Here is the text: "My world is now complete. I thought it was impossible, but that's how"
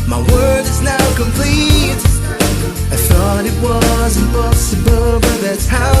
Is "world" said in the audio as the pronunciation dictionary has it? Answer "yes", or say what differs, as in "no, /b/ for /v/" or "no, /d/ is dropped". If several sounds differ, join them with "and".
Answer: no, /l/ is dropped